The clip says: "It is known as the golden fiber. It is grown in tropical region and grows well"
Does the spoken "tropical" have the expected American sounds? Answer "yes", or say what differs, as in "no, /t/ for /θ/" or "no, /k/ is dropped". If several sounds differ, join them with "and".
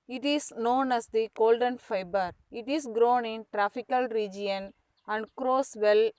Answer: no, /f/ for /p/